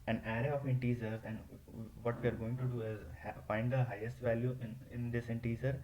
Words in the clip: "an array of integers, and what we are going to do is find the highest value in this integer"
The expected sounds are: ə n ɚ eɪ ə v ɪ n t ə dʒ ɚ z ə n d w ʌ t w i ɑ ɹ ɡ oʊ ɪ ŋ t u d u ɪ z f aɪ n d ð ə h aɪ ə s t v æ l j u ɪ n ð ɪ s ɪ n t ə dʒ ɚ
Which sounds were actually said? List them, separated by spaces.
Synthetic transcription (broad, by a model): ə n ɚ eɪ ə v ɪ n t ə z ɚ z ə n d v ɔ t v i ɑ ɹ ɡ oʊ ɪ ŋ t u d u ɪ z f aɪ n d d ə h aɪ ə s t v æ l j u ɪ n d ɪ s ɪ n t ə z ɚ